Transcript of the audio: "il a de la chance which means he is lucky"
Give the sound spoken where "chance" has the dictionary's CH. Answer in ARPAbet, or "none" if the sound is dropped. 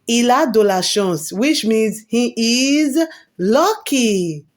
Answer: SH